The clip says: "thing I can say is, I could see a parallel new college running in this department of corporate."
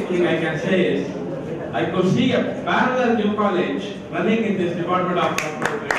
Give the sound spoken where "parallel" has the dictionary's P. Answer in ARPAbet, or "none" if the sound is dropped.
B